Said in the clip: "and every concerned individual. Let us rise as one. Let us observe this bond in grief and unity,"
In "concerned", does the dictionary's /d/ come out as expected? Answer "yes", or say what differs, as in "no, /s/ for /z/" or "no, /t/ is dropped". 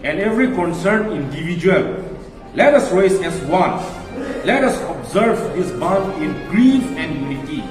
no, /d/ is dropped